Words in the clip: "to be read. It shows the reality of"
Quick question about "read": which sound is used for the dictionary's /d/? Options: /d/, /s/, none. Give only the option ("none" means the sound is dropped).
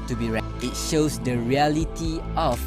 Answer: none